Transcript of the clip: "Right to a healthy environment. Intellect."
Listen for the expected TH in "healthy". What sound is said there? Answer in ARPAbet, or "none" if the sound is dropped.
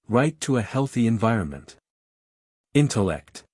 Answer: TH